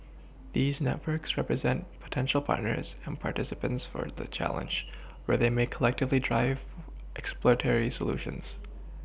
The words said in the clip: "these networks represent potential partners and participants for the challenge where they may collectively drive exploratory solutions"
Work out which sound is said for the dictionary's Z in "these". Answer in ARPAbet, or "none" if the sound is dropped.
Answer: Z